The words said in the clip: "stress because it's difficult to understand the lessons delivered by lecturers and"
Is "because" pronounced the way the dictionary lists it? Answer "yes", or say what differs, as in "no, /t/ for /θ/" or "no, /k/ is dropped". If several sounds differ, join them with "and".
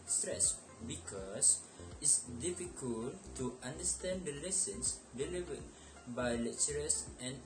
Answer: no, /s/ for /z/